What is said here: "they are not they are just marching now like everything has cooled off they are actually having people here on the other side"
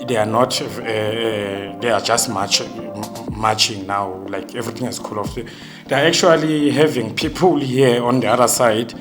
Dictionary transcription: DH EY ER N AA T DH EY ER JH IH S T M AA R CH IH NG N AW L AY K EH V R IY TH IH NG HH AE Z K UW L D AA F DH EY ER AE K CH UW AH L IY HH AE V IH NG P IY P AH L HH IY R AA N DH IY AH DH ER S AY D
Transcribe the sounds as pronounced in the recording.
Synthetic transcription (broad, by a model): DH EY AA N AA T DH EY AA JH IH S T M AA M CH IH NG N AW L AY K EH V R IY T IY NG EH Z K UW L AA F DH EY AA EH K CH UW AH L IY HH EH V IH NG P IY P AH L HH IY AA N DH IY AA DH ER S AY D